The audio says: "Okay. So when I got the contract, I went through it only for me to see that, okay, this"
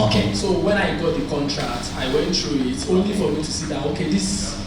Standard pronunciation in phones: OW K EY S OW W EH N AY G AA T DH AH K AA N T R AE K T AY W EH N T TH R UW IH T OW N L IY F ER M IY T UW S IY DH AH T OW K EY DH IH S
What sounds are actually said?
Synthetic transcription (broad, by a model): OW K EY S OW W EH N AY G AA T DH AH K AA N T R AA K T AY W EH N T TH R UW IH T OW N L IY F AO M IY T UW S IY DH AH T OW K EY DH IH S